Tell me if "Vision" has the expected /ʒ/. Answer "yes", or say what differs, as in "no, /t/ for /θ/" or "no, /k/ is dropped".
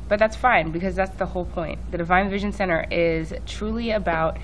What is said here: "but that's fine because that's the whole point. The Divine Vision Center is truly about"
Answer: yes